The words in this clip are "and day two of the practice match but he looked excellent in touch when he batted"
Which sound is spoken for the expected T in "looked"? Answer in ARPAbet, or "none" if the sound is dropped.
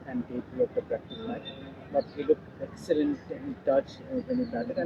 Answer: none